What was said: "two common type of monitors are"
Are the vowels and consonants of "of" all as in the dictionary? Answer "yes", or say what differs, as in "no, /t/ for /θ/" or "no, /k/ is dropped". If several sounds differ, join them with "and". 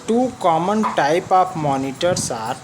no, /p/ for /v/